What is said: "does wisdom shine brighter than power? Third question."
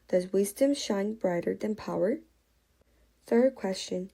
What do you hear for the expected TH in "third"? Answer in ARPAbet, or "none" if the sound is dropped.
TH